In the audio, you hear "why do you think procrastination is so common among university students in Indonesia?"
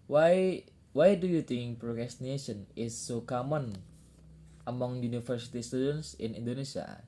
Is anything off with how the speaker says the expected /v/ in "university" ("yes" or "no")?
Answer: yes